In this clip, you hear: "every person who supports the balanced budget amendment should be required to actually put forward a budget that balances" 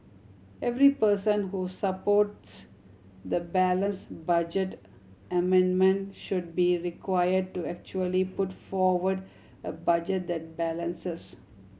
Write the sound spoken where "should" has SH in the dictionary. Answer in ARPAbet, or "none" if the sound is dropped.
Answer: SH